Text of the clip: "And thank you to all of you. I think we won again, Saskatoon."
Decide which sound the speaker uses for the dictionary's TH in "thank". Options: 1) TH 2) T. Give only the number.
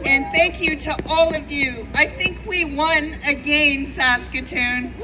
1